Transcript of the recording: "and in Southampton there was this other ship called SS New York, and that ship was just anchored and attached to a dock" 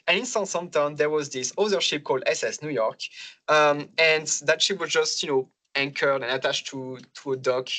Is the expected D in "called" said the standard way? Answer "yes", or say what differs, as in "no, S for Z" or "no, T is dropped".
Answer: yes